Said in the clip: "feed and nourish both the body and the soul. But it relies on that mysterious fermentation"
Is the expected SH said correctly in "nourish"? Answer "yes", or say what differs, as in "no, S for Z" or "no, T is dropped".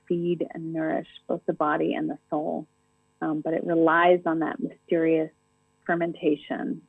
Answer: yes